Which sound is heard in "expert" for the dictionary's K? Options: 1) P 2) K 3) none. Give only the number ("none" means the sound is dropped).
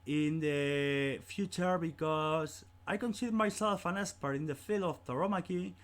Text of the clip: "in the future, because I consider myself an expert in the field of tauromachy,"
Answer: 3